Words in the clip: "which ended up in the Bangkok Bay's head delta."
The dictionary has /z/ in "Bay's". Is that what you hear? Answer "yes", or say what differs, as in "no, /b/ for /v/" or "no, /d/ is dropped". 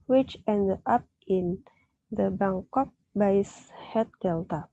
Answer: no, /s/ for /z/